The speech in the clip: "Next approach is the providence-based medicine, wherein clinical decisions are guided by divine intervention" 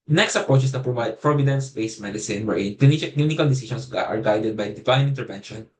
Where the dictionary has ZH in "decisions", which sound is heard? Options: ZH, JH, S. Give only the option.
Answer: S